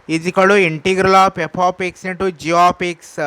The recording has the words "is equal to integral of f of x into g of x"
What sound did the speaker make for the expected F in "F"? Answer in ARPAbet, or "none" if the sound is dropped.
P